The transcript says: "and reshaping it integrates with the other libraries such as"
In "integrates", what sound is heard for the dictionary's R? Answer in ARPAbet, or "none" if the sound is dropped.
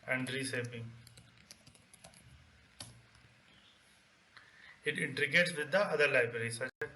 none